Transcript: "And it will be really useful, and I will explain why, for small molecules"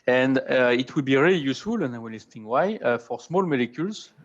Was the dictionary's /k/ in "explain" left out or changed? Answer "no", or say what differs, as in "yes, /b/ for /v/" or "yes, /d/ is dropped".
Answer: yes, /k/ is dropped